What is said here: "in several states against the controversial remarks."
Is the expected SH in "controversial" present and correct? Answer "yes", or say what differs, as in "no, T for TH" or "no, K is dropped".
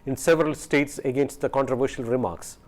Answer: yes